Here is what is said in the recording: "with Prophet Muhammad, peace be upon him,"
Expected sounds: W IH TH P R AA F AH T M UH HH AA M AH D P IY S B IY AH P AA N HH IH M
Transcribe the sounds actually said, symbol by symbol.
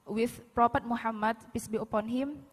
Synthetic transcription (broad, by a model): W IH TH P R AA P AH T M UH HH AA M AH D P IY S B IY AH P AA N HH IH M